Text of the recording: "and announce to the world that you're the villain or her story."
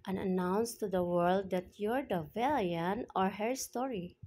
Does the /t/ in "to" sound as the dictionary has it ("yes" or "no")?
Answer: yes